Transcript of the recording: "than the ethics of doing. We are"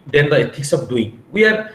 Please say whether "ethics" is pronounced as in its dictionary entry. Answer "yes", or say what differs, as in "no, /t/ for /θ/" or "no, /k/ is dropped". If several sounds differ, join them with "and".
no, /t/ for /θ/